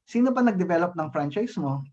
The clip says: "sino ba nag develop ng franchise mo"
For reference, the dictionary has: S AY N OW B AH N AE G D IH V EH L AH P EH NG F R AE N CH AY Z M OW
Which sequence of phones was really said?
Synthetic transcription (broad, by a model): S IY N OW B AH N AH G D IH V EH L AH P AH NG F R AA N CH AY S M OW